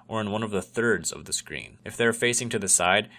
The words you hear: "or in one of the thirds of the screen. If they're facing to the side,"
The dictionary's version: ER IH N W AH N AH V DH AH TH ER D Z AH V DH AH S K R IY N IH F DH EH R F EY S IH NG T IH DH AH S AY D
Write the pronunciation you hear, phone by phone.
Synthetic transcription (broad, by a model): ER IH N W AH N AH V DH AH TH ER D Z AH V DH AH S K R IY N IH F DH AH R F EY S IH NG T IH DH AH S AY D